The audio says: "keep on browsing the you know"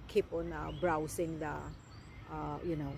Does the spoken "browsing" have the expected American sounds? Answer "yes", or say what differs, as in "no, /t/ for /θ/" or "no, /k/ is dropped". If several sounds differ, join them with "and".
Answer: no, /s/ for /z/